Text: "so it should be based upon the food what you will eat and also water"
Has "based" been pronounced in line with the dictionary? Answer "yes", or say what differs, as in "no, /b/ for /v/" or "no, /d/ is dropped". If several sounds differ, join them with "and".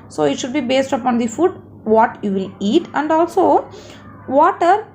yes